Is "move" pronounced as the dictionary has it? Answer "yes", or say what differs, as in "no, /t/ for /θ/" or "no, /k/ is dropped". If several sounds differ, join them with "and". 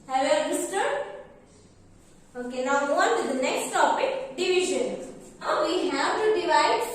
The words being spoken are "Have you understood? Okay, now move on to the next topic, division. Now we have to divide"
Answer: no, /v/ is dropped